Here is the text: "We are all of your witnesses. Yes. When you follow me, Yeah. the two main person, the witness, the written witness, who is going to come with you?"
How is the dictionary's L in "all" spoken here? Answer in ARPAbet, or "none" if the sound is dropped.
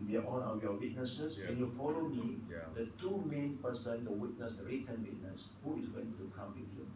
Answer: N